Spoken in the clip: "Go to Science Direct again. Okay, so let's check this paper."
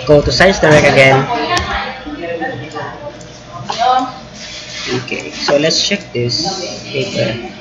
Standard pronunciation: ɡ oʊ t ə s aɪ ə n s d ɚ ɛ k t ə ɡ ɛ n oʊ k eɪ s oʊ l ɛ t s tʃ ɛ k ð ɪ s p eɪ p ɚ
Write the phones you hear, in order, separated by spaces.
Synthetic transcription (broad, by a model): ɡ oʊ t ə s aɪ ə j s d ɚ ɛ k ə ɡ ɛ n oʊ k eɪ s oʊ l ɛ t s tʃ ɛ k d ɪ s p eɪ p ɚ